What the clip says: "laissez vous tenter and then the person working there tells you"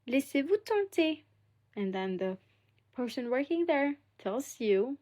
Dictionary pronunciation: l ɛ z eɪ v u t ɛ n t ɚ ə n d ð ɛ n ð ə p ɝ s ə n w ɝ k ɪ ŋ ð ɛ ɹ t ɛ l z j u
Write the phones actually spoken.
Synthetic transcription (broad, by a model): l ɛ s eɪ v u t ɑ t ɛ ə n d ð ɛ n ð ə p ɝ s ə n w ɝ k ɪ ŋ ð ɛ ɹ t ɛ l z j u